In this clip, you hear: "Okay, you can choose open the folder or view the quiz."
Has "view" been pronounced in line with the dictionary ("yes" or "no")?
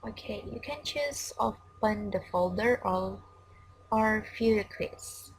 no